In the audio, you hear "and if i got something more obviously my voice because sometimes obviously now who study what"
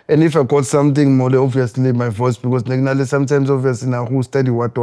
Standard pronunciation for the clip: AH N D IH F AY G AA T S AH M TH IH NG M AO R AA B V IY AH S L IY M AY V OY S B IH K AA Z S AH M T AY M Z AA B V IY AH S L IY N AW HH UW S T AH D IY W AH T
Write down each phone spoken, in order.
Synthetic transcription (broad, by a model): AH N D IH F AY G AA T S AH M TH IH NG M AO L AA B V IY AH S L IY M AY V OY S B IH K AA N S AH M T AY M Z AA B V IY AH S L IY N AW HH UW S T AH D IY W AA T